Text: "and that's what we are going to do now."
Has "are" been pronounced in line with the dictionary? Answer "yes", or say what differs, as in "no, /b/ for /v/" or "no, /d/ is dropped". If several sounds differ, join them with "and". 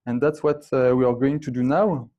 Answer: yes